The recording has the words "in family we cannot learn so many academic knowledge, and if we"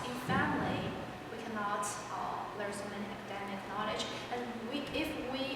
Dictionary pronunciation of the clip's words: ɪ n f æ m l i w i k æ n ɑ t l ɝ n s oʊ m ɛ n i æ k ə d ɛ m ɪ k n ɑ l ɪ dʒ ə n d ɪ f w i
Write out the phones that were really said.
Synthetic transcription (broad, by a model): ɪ f æ m l i w i k æ n ɑ t l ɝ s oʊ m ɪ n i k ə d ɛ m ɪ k n ɑ l ɪ dʒ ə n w ɪ f w i